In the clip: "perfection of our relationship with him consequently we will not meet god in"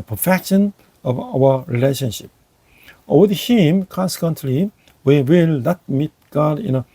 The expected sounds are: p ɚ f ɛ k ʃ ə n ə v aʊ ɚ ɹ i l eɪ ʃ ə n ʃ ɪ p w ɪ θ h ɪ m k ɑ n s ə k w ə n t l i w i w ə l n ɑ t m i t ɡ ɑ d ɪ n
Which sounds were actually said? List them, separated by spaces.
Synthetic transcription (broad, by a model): p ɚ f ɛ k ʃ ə n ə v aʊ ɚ ɹ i l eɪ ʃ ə n ʃ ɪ p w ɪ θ h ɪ m k ɑ n s ə k w ə n t l i w i w ə l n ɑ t m i t ɡ ɑ d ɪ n